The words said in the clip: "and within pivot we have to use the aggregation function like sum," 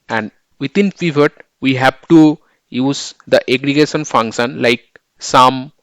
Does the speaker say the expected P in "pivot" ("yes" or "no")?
no